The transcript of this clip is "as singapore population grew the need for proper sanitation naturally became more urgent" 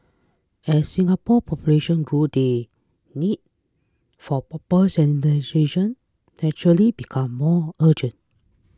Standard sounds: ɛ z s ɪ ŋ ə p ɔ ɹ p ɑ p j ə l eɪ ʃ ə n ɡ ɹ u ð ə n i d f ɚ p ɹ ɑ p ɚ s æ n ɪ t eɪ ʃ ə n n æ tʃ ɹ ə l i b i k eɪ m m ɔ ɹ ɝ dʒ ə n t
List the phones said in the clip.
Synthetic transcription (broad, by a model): ɛ s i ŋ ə p ɔ p ɑ p j ə l eɪ ʃ ə n ɡ ɹ u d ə n i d f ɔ p ɑ p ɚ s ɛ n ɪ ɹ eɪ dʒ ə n n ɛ tʃ ɹ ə l i b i k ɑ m m ɔ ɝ dʒ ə n t